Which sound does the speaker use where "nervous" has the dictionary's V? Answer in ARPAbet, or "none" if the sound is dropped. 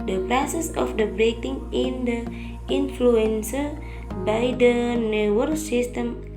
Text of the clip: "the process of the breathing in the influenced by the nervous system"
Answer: W